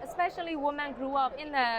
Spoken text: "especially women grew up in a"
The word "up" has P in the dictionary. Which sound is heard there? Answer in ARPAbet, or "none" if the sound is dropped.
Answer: P